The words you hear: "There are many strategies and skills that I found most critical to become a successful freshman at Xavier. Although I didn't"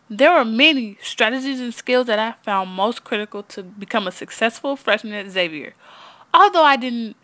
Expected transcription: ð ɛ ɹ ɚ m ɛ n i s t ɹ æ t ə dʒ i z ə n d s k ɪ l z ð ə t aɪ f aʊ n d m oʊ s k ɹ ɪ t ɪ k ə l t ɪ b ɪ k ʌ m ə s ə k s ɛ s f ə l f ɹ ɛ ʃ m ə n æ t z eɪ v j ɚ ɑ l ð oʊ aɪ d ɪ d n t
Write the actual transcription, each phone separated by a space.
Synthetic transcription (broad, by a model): ð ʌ ɹ ɚ m ɛ n i s t ɹ æ t ə dʒ i z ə n s k ɪ l z ð ə t aɪ f aʊ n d m oʊ s k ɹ ɪ t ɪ k l t ɪ b ɪ k ʌ m ə s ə k s ɛ s f l f ɹ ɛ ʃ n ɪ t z eɪ v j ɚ ɑ l ð oʊ aɪ d ɪ d n t